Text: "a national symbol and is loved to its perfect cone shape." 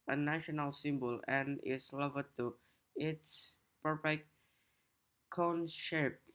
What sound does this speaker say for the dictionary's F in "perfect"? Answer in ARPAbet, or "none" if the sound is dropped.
P